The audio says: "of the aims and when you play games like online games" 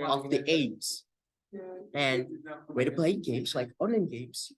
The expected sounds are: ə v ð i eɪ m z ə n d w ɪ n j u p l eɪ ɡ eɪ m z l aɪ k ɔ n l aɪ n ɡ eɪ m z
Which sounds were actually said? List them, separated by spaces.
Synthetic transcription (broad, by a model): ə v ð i eɪ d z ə n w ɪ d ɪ p l eɪ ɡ eɪ m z l aɪ k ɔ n ɪ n ɡ eɪ m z